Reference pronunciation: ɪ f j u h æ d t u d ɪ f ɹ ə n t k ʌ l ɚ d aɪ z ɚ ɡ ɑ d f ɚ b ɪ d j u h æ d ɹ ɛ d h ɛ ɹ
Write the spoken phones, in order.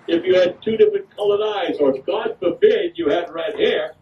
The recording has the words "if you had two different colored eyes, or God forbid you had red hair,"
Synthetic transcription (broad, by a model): ɪ f j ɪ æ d t u d ɪ f ɹ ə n k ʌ l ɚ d aɪ z ɚ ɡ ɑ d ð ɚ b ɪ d j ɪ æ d ɹ ɛ d h ɛ ɹ